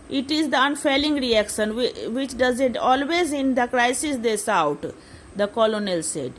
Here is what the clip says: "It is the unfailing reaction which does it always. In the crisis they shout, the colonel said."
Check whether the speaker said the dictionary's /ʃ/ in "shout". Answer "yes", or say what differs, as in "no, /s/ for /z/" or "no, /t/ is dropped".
no, /s/ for /ʃ/